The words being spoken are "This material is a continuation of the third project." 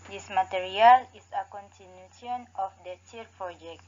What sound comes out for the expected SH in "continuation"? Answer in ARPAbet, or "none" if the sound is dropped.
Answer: none